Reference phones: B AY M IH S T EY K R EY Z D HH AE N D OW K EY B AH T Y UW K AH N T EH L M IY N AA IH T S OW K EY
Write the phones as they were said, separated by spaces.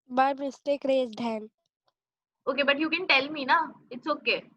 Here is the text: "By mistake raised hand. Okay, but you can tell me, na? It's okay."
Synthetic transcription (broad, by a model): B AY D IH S T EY K R EY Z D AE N OW K EY B AH T Y UW K AH N T EH L M IY N AA IH T S OW K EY